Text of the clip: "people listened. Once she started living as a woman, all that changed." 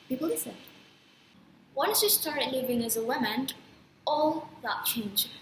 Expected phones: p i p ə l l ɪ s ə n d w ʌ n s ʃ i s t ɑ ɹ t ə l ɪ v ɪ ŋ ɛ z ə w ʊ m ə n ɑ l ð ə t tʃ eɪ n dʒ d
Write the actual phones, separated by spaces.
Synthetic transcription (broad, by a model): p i p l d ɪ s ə d w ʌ n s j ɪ s t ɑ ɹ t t l ɪ v ɪ ŋ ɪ z ə w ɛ m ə n ɑ l ð ə t tʃ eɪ n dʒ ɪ